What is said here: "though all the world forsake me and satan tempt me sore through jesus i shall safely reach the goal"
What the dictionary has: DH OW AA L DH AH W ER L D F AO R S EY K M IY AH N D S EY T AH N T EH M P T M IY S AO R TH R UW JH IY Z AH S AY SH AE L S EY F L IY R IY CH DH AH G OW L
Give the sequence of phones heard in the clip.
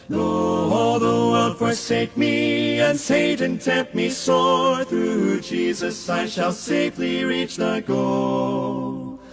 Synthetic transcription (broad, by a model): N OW AA L DH AH W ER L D F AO R S EY K M IY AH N S EY T AH N T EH P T M IY S AO R TH R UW JH IY Z AH S AY SH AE L S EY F L IY R IY CH DH AH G OW L